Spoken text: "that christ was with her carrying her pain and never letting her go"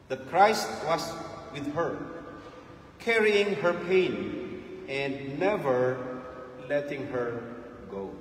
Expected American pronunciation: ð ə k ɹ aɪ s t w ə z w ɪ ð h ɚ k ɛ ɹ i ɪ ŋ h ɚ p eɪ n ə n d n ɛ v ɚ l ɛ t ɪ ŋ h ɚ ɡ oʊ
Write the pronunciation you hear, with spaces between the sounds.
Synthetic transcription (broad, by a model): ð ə k ɹ aɪ s t w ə s w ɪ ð h ɚ k ɛ ɹ i ɪ ŋ h ɚ p eɪ n ə n d n ɛ v ɚ l ɛ t ɪ ŋ h ɚ ɡ oʊ